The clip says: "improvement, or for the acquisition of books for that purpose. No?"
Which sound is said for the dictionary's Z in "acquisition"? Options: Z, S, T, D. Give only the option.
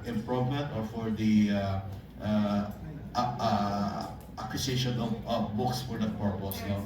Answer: S